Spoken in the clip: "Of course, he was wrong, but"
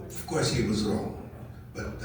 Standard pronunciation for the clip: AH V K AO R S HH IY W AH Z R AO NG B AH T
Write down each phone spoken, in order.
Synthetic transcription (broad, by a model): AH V K AO R S HH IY W AH Z R AO NG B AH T